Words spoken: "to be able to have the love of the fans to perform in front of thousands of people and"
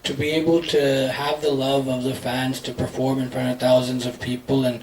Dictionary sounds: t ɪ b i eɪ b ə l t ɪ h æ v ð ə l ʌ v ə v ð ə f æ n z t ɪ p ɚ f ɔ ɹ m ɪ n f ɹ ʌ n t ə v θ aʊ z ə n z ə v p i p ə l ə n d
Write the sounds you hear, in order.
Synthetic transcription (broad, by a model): t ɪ b i eɪ b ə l t ɪ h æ v ð ə l ʌ v ə v ð ə f æ n z t ɪ p ɚ f ɔ ɹ m ɪ n f ɹ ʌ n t ə v θ aʊ z ə n z ə v p i p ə l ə n